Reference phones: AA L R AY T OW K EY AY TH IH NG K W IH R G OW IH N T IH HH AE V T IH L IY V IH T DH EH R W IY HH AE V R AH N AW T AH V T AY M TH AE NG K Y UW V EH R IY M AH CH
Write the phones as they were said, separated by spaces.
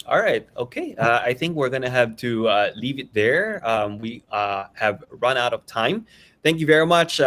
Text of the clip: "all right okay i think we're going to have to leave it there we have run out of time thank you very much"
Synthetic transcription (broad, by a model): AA L R AY T OW K EY AY TH IH NG K W IH R G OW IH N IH HH AE V T IH L IY V IH T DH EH R W IY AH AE V R AH N AW T AH V T AY M TH AE NG K Y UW V EH R IY M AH CH